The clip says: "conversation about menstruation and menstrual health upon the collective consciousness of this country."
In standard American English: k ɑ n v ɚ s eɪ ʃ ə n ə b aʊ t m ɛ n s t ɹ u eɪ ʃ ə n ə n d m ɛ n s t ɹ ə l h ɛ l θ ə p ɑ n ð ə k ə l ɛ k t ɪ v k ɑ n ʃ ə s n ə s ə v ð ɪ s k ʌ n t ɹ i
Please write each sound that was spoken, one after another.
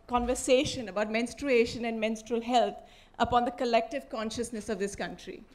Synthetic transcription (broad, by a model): k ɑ n v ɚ s eɪ ʃ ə n ə b aʊ t m ɛ n s t ɹ u eɪ ʃ ə n ə n d m ɛ n s t ɹ ə l h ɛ l t ə p ɑ n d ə k ə l ɛ k t ɪ v k ɑ n ʃ ə s n ə s ə v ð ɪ s k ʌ n t ɹ i